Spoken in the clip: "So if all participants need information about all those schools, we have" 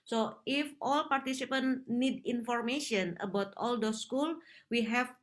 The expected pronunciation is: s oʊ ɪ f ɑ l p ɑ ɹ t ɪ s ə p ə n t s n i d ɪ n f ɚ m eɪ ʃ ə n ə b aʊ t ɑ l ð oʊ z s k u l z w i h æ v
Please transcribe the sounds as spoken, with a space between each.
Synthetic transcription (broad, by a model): s oʊ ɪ f ɑ l p ɑ ɹ t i s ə p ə n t n i d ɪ n f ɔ m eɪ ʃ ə n ə b aʊ t ɑ l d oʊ s k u l w i h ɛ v